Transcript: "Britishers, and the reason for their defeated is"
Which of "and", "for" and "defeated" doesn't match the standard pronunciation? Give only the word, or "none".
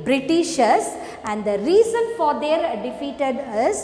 none